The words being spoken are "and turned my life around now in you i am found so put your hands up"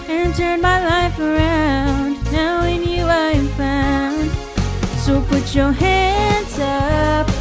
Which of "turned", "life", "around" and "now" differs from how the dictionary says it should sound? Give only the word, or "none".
turned